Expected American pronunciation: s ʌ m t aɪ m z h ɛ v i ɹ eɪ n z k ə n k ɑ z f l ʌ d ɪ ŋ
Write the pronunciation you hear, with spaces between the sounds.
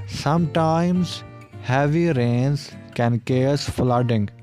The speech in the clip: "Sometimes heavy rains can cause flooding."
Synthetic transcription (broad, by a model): s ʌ m t aɪ m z h ɛ v i ɹ eɪ n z k ə n k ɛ s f l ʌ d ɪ ŋ